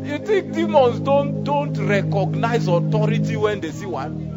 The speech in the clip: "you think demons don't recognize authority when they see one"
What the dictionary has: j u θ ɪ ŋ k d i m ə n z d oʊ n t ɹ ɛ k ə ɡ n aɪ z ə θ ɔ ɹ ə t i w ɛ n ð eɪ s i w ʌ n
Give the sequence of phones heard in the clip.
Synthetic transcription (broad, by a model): j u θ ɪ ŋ k d i m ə n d d oʊ n t ɹ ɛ k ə ɡ n aɪ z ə t ɔ ɹ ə t i w ɛ n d eɪ s i w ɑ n